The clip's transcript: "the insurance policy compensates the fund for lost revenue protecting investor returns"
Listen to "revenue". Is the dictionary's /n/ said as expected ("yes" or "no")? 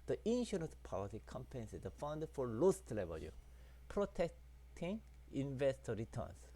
no